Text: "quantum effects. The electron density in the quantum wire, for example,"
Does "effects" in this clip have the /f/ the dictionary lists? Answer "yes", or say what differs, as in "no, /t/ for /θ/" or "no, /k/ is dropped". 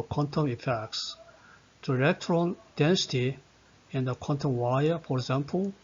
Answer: yes